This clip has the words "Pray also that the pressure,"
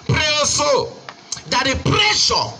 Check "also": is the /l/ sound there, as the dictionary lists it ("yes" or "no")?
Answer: no